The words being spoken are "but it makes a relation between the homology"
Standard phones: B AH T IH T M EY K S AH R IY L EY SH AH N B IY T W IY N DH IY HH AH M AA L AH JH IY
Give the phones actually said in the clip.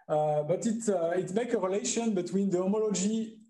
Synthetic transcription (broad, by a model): B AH T IH T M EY K AH R IY L EY SH AH N B IY T W IY N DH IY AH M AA L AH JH IY